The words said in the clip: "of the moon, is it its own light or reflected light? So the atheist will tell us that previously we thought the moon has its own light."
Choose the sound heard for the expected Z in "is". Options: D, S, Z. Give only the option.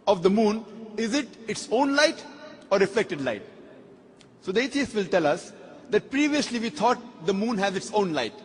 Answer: Z